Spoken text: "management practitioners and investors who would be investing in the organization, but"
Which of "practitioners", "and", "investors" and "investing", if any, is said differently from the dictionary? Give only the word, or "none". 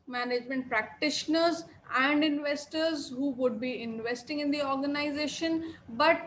none